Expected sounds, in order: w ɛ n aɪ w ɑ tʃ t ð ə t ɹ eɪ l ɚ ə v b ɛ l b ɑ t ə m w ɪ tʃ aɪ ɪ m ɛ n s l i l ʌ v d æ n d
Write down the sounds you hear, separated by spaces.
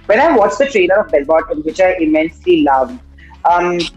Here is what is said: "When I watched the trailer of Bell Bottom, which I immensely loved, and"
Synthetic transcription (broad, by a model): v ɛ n aɪ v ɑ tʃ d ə t ɹ eɪ n ɚ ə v b ɛ l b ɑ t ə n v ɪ tʃ aɪ ɪ m ɛ n s l i l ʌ v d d